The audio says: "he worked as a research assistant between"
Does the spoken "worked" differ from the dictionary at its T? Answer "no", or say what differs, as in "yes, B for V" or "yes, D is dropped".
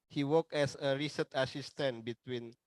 yes, T is dropped